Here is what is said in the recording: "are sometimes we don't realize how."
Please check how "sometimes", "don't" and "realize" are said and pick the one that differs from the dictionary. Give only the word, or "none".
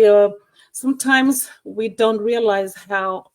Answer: none